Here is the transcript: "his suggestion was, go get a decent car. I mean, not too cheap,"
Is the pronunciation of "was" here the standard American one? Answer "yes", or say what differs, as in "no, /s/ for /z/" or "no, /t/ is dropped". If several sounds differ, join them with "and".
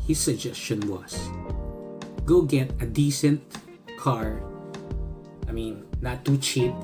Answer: no, /s/ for /z/